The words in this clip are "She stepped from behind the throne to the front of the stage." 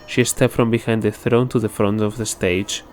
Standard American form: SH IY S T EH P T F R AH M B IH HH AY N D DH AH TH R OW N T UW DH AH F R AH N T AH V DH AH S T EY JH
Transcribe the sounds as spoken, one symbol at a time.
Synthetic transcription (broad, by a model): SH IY S T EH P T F R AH M B IH HH AY N D DH AH TH R OW N T UW DH AH F R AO N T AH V DH AH S T EY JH